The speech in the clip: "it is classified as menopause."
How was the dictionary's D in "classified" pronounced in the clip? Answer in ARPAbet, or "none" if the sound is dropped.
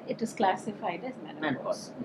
D